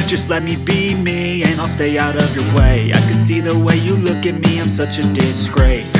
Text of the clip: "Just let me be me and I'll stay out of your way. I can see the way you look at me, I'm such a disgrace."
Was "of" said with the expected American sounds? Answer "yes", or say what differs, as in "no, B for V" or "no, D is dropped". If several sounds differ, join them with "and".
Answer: yes